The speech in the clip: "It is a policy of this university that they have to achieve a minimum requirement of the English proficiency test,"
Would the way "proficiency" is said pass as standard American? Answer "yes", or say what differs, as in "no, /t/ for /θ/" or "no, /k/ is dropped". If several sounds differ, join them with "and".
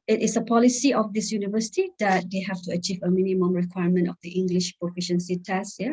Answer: yes